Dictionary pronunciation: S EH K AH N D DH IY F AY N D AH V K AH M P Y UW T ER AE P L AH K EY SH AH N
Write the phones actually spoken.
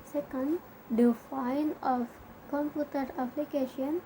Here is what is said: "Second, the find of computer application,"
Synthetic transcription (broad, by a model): S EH K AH N D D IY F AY N AH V K AH M P Y UW T ER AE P L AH K EY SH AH N